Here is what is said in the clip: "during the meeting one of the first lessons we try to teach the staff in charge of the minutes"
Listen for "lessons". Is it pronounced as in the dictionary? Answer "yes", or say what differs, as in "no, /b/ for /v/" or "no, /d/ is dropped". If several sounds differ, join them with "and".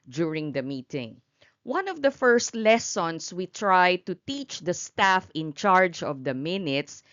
no, /s/ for /z/